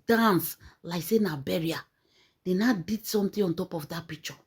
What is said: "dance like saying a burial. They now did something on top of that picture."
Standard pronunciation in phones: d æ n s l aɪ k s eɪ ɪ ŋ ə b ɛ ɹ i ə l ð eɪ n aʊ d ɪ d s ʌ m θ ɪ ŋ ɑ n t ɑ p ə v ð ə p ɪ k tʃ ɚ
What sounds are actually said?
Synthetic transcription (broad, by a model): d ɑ n s l aɪ k s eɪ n ə b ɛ ɹ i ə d eɪ n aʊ d ɪ d s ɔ m t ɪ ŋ ɑ n t ɑ p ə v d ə p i k tʃ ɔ